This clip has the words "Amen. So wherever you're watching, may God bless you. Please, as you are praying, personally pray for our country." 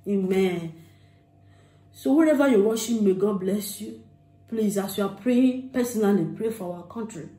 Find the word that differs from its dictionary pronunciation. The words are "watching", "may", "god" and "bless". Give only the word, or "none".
watching